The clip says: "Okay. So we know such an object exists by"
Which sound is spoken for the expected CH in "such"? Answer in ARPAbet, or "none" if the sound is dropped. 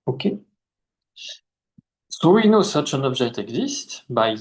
CH